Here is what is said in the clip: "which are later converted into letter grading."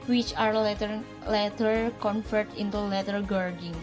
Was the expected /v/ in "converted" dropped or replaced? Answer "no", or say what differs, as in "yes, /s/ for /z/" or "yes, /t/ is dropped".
yes, /f/ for /v/